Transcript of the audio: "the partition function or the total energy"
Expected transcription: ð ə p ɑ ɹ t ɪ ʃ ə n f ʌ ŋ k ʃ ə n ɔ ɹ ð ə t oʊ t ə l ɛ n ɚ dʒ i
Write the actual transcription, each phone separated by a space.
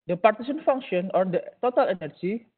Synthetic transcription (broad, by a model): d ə p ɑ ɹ t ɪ s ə n f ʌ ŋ k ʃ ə n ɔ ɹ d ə t oʊ t ə l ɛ n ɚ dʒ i